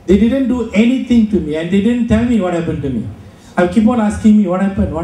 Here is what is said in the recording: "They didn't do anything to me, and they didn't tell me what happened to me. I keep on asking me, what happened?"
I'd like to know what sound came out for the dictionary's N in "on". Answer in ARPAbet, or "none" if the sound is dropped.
L